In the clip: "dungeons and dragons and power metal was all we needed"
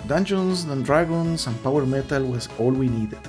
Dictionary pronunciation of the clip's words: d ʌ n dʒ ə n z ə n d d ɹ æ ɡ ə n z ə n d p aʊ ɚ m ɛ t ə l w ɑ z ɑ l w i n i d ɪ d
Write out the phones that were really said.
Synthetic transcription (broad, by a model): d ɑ n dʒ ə n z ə n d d ɹ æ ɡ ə n s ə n p aʊ ɚ m ɛ t ə l w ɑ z ɑ l w i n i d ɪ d